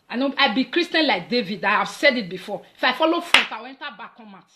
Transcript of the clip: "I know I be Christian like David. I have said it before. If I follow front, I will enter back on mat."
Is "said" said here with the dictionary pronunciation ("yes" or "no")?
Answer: yes